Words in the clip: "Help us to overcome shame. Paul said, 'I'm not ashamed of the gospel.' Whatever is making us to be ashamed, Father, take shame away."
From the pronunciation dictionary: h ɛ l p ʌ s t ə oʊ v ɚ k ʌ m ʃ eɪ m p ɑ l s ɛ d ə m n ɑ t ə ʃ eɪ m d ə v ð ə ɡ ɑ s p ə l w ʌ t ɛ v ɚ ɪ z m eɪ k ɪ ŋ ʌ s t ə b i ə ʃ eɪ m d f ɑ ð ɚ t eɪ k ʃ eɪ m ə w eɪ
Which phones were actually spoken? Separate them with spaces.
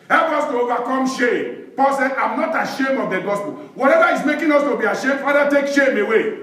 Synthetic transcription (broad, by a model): h ɛ l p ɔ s t ə oʊ v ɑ k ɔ m ʃ eɪ m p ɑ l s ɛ ə m n ɑ t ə ʃ eɪ m ə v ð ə ɡ ɑ s p ə l w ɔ t ɛ v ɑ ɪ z m eɪ k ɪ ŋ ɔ s t ə b i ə ʃ eɪ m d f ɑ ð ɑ t eɪ k ʃ eɪ m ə w eɪ